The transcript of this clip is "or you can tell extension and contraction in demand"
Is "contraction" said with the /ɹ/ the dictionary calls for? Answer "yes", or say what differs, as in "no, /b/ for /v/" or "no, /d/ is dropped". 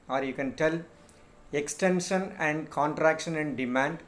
yes